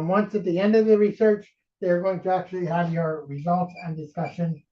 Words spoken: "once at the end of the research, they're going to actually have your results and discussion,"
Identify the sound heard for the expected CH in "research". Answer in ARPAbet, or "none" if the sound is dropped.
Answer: CH